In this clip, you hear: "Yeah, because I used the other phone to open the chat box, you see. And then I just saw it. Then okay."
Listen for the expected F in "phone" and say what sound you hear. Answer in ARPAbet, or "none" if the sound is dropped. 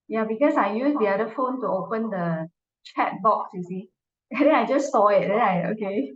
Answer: F